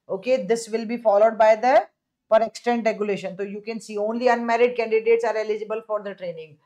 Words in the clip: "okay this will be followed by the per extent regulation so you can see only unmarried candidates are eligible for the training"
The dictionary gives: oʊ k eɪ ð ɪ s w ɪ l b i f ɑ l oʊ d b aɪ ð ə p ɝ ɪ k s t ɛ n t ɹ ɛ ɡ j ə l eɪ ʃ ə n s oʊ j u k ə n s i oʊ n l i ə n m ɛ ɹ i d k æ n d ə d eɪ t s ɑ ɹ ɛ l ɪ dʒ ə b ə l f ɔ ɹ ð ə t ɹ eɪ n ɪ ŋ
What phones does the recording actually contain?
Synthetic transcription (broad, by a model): oʊ k eɪ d ɪ s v ɪ l b i f ɑ l oʊ d b aɪ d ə p ɝ ɪ k s t ɛ n t ɹ ɛ ɡ j ə l eɪ ʃ ə n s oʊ j u k ə n s i oʊ n l i ə n m ɛ ɹ i d k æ n d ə d eɪ t s ɑ ɹ ɛ l ɪ dʒ ə b ə l f ɔ ɹ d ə t ɹ eɪ n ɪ ŋ